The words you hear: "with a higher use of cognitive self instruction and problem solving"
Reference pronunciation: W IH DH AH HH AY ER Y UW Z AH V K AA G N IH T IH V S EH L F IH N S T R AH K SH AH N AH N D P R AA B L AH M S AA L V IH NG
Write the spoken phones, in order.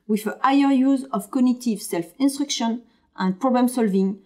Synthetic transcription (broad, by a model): W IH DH AH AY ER Y UW Z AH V K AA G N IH T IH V S EH L F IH N S T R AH K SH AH N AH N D P R AA B L AH M S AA L V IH NG